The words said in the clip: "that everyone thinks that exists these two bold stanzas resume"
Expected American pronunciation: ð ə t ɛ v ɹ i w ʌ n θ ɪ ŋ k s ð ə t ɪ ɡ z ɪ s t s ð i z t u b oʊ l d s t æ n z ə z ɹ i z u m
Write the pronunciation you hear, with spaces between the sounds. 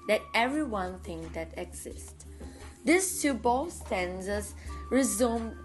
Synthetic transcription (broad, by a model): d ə t ɛ v ɹ i w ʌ n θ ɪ ŋ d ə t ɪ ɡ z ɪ s t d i s t u b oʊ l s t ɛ n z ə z ɹ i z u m